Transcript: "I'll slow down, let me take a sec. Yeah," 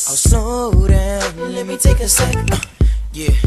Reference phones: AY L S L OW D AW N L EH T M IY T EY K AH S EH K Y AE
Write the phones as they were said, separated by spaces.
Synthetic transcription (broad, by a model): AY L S OW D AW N L EH T M IY T EY K AH S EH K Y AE